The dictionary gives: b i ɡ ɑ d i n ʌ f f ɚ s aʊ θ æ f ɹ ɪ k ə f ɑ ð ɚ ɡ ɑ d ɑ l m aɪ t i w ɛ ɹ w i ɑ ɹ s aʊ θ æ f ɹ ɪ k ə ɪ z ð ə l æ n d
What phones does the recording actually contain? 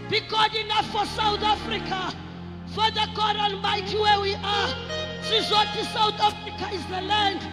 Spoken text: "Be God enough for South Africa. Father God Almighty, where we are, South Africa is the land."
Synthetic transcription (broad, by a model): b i ɡ ɑ d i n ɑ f f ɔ s aʊ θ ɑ f ɹ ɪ k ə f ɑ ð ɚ ɡ ɑ d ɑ n m aɪ t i w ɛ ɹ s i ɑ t s aʊ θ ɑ f ɹ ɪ k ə ɪ z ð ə l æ n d